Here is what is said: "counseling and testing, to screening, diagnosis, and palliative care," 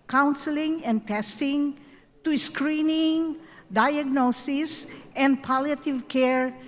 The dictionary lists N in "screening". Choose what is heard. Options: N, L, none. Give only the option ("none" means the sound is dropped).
N